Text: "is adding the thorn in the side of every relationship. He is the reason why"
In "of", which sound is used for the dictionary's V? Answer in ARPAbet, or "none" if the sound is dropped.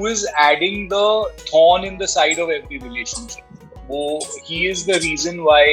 V